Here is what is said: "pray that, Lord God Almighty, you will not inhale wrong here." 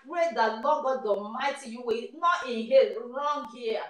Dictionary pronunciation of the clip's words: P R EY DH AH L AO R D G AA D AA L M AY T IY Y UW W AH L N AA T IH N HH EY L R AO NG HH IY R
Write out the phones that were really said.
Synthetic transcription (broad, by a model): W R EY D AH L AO G AA D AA M AY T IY Y UW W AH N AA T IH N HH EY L R AO NG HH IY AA